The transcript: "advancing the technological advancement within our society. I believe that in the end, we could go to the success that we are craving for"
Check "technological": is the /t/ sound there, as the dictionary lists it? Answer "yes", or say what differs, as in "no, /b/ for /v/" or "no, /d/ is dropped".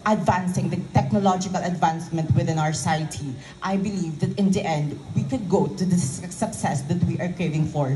yes